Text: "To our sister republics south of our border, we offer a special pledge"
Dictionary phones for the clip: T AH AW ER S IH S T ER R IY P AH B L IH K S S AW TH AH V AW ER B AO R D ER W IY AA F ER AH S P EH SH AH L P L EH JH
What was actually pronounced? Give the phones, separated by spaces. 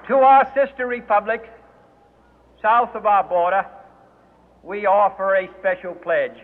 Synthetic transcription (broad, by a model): T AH AW ER S IH S T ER R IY P AH B L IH K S S AW TH AH V AW ER B AO R D ER W IY AA F ER AH S P EH SH L P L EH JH